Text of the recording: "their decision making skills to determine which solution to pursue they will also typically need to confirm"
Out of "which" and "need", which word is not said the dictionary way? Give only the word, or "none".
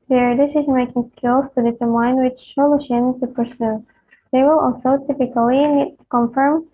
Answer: need